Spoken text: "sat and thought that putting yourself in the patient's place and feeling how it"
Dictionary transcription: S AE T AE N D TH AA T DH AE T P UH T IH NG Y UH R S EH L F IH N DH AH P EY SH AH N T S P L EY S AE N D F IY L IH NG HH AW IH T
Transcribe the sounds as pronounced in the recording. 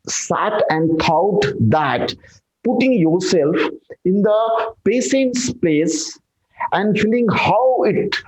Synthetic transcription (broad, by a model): S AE T AE N D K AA T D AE T P UH T IH NG Y UH R S EH L F IH N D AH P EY S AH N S P L EY S AE N D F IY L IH NG HH AW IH T